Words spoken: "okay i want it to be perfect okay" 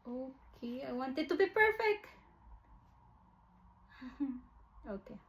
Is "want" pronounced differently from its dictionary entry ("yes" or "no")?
no